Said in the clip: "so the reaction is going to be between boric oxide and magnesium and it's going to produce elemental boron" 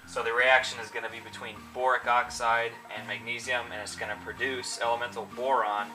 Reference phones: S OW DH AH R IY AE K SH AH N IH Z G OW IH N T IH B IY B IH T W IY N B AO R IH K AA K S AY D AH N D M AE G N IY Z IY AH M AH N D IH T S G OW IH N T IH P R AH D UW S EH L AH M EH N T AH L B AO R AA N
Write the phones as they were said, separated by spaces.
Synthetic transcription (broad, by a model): S OW DH AH R IY AE K SH AH N IH Z G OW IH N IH B IY B IH T W IY N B AO R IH K AA K S AY D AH N M AE G N IY Z IY AH M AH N IH T S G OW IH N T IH P R AH D UW S EH L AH M EH N T L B AO R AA N